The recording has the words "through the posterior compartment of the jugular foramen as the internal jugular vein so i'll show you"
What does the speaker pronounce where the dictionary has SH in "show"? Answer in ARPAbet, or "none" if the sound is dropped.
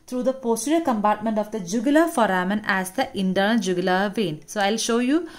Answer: SH